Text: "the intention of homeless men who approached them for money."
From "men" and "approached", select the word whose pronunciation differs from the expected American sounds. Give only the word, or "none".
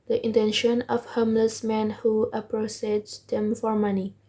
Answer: approached